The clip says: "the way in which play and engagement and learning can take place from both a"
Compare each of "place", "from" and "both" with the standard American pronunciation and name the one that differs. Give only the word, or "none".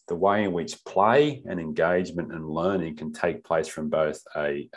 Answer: none